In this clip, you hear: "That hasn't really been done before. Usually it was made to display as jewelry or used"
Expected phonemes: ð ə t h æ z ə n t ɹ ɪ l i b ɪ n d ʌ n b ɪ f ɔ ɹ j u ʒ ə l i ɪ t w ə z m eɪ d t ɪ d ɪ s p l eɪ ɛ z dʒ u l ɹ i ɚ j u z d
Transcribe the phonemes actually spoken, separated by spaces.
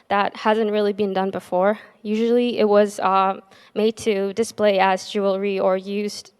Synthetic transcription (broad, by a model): ð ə t h æ z ə n t ɹ ɪ l i b ɪ n d ʌ n b ɪ f ɔ ɹ j u ʒ l i ɪ t w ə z m eɪ d t ɪ d ɪ s p l eɪ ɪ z dʒ u l ɹ i ɚ j u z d